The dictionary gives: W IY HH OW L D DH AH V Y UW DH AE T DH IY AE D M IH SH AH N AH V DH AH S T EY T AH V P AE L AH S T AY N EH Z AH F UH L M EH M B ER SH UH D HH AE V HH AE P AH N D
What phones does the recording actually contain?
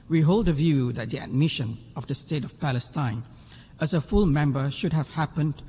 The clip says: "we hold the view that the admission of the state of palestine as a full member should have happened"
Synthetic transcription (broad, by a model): W IY HH OW L D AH V Y UW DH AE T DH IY AE D M IH SH AH N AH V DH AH S T EY T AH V P AE L AH S T AY N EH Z AH F UH L M EH M B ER SH UH D HH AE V HH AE P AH N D